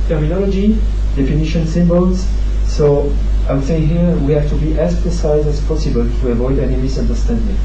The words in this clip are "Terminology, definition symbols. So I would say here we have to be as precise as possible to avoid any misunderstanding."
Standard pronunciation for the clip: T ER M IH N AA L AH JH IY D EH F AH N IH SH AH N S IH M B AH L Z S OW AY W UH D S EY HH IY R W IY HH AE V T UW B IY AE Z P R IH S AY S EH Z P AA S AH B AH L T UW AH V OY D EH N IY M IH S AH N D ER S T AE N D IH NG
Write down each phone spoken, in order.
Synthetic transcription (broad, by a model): T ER M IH N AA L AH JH IY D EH F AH N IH SH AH N S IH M B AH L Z S OW AY W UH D S EY HH IY R W IY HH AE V T UW B IY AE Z P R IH S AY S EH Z P AA S AH B AH L T UW AH V OY D EH N IY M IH S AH N D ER S T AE N D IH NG